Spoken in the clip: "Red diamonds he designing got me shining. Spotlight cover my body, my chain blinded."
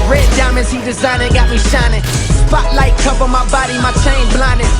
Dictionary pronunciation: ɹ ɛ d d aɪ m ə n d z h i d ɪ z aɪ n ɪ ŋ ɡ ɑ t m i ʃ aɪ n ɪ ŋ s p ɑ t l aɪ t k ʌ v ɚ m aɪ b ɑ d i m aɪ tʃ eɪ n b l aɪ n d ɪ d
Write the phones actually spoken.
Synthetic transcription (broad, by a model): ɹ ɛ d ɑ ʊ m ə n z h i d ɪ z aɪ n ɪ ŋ ɡ ɑ t m i ʃ aɪ n ɪ ŋ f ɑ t l aɪ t k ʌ p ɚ m aɪ b ɑ d i m aɪ tʃ eɪ n b l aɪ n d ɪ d